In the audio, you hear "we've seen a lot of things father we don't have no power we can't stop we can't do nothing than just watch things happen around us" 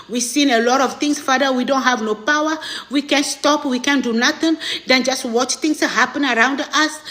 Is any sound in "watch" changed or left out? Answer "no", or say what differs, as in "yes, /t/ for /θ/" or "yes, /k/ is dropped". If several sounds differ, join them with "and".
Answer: no